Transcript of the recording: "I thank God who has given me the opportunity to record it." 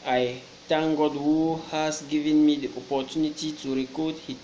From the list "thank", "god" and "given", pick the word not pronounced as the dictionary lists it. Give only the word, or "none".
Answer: thank